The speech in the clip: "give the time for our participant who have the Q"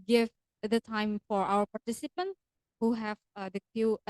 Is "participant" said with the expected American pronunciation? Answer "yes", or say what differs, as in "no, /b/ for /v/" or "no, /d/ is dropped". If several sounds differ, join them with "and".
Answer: yes